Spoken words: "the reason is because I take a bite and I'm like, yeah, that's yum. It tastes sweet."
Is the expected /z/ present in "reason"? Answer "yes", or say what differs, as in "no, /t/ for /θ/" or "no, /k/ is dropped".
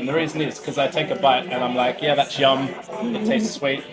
yes